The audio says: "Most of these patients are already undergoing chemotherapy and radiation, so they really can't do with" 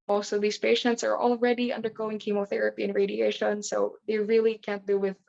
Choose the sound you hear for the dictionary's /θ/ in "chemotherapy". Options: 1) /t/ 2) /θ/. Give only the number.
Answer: 2